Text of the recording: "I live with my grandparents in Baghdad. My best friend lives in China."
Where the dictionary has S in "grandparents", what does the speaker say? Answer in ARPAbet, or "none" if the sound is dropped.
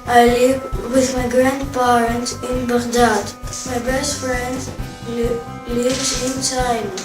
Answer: none